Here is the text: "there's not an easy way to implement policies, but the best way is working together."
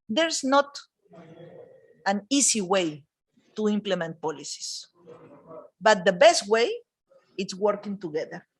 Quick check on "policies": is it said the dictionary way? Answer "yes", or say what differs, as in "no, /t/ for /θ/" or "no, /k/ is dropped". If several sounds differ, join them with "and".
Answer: no, /s/ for /z/